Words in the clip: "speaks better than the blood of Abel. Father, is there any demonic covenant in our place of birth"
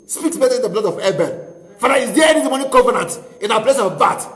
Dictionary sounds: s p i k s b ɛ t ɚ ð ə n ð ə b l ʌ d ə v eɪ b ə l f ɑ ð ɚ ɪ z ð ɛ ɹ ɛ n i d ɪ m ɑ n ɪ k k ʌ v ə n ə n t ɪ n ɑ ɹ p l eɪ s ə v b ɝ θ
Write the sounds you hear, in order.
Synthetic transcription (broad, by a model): s p i k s b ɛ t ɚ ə n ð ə b l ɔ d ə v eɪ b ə n f ɑ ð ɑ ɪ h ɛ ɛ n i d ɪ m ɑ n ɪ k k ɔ v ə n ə n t ɪ n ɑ p l eɪ s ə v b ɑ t